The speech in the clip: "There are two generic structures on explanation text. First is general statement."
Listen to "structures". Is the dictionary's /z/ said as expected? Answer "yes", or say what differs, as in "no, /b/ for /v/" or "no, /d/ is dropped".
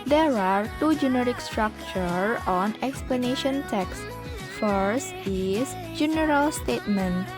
no, /z/ is dropped